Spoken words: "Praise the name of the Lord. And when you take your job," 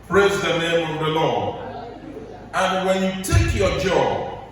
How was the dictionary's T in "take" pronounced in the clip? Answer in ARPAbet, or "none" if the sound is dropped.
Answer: T